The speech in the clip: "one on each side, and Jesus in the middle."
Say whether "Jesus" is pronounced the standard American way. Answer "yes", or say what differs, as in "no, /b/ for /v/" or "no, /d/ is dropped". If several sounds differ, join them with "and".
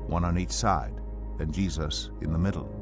yes